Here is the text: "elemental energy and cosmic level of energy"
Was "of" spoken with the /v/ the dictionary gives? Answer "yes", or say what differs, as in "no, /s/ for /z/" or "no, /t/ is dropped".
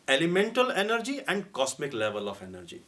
no, /p/ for /v/